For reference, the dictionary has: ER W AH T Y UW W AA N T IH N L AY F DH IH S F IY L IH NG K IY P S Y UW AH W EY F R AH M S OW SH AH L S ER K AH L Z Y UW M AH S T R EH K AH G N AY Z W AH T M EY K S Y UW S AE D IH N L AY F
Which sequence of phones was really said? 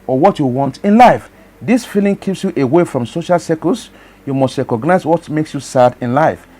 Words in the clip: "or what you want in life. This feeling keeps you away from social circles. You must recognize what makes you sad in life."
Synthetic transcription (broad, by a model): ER W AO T Y UW W AA N T IH N L AY F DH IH S F IY L IH NG K IY P S Y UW AH W EY F R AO M S OW SH AH L S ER K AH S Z Y UW M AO S T R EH K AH G N AY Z W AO T M EY K S Y UW S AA D IH N L AY F